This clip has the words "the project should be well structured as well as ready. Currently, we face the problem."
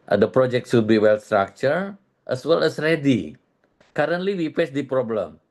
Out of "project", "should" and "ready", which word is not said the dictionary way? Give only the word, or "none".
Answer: should